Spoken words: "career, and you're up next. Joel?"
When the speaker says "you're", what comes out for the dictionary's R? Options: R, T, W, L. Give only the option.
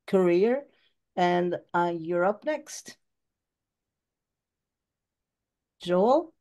R